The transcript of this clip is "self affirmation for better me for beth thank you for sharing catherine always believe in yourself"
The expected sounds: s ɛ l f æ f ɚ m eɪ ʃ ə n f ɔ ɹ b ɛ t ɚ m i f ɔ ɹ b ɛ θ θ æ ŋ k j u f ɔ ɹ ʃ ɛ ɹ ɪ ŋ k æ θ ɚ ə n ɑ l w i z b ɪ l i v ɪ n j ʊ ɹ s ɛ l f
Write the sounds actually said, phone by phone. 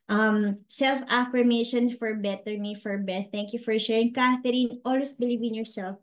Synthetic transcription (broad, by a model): s ɛ l f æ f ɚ m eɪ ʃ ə n f ɔ ɹ b ɛ t ɚ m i f ɔ ɹ b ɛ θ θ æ ŋ k j u f ɔ ɹ ʃ ɛ ɹ ɪ ŋ k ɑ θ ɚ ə n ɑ l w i s b ɪ l i v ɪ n j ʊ ɹ s ɛ l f